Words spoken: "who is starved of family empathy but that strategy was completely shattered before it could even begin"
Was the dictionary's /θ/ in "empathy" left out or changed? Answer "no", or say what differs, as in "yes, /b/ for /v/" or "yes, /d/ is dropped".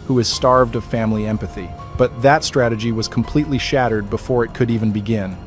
no